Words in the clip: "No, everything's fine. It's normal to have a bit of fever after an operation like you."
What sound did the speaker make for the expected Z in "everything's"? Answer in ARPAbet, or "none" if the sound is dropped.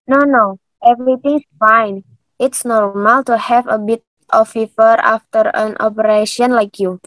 S